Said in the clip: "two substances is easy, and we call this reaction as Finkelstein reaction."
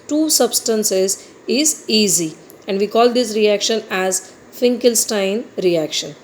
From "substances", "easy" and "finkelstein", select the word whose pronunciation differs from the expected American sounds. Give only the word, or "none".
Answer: none